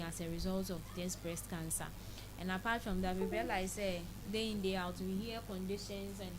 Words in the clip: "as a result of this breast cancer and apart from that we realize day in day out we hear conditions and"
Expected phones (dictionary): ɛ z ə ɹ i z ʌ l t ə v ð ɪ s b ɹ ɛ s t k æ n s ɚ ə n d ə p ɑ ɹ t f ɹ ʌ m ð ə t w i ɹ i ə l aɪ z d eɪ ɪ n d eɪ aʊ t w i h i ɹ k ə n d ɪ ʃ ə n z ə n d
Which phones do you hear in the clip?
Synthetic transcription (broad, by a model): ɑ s ə ɹ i z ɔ l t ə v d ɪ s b ɹ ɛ s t k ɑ n s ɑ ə n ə p ɑ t f ɹ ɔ m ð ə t w i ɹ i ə l aɪ s d eɪ ɪ n d eɪ aʊ t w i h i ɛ k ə n d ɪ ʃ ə n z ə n